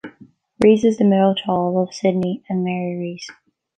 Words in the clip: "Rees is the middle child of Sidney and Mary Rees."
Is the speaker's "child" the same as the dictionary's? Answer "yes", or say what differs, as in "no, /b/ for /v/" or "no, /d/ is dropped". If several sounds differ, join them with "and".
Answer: no, /d/ is dropped